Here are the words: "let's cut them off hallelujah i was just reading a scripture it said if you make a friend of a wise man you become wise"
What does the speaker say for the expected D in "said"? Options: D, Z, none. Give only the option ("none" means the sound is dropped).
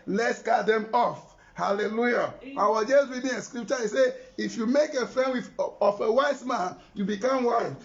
none